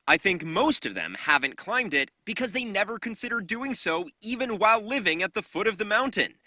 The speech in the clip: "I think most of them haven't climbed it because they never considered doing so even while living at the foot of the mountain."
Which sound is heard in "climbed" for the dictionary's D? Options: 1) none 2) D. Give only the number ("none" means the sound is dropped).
2